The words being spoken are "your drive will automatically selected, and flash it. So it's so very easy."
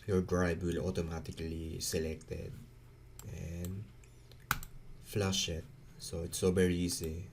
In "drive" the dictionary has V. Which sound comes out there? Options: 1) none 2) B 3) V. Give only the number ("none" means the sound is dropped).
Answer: 2